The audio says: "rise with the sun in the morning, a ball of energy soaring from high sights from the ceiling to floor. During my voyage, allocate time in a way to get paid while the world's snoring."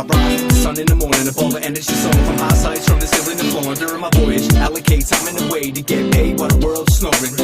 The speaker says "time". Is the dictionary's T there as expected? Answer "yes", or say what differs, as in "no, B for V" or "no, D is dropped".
no, S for T